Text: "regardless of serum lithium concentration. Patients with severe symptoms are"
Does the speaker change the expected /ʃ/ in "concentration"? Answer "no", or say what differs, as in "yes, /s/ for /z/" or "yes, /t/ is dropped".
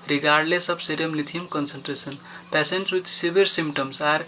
yes, /s/ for /ʃ/